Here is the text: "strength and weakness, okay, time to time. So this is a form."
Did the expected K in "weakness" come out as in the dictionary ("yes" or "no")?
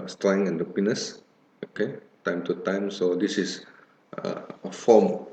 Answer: no